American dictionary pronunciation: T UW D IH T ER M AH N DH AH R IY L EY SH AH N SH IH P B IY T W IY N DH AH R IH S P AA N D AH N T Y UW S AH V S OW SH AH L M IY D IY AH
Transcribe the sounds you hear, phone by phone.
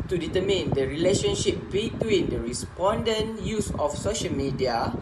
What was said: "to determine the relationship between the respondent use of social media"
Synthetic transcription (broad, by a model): T UW D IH T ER M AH N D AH R IY L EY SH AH N SH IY P B IY T W IY N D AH R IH S P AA N D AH N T Y UW S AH F S OW SH AH L M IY D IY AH